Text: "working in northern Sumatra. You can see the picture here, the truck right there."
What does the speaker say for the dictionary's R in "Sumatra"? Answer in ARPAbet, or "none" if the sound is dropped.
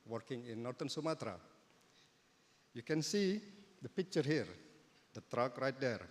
R